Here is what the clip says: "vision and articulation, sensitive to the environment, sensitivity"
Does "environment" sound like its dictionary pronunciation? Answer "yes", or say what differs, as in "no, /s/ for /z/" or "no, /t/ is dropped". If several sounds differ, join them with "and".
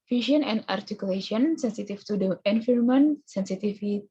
no, /f/ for /v/